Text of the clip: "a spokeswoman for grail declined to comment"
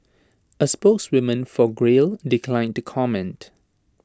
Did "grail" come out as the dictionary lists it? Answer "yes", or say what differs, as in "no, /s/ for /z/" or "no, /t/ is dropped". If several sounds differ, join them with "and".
yes